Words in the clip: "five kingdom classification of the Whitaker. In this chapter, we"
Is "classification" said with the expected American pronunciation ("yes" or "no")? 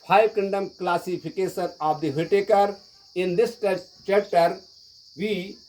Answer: no